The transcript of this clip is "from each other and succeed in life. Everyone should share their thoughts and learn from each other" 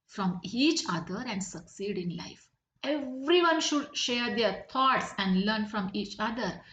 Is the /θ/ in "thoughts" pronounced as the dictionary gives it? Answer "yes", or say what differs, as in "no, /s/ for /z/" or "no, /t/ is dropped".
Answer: no, /t/ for /θ/